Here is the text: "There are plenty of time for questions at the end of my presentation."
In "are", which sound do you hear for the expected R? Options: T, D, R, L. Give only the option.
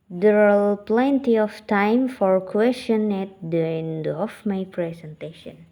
L